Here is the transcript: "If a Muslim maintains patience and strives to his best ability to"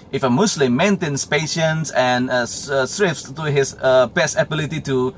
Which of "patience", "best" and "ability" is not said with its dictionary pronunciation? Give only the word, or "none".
best